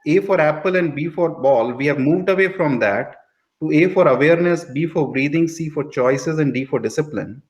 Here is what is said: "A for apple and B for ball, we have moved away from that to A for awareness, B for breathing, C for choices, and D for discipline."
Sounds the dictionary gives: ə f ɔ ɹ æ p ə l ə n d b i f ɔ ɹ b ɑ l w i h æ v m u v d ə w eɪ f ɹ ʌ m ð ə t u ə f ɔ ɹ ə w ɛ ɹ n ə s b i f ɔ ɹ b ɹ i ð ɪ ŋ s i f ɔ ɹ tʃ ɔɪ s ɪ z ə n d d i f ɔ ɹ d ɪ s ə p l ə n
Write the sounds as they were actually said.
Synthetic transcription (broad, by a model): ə f ɔ ɹ æ p ə l ə n d b i f ɔ ɹ b ɑ l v i h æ v m u v d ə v eɪ f ɹ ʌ m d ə t u ə f ɔ ɹ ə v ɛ ɹ n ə s b i f ɔ ɹ b ɹ i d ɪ ŋ s i f ɔ ɹ tʃ ɔɪ s ɪ z ə n d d i f ɔ ɹ d ɪ s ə p l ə n